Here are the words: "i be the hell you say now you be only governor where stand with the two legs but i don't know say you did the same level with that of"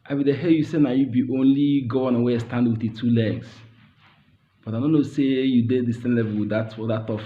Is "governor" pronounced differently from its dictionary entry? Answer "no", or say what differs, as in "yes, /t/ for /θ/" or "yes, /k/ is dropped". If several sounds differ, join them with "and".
yes, /v/ is dropped